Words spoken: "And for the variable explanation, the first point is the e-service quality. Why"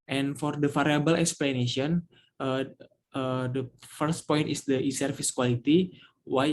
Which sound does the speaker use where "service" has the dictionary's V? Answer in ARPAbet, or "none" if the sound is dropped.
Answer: F